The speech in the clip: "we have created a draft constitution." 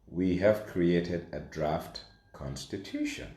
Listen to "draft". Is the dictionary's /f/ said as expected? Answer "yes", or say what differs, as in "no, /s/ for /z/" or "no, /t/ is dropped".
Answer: yes